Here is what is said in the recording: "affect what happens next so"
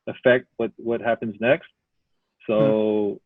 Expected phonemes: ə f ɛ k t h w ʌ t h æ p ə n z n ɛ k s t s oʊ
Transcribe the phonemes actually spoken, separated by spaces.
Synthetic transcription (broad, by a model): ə f ɛ k t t w ʌ t h æ p ə n z n ɛ k s t s oʊ